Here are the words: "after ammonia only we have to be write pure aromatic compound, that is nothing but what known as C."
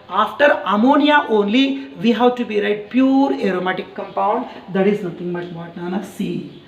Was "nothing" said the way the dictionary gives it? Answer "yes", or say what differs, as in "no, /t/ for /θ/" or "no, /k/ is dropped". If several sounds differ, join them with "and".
no, /t/ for /θ/